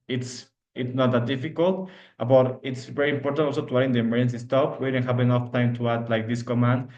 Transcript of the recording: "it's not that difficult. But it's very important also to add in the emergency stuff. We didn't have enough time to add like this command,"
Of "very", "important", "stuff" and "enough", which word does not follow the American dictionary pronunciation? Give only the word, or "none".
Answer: stuff